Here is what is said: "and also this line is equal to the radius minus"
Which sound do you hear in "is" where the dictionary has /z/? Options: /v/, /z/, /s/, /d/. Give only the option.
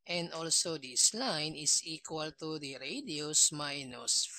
/s/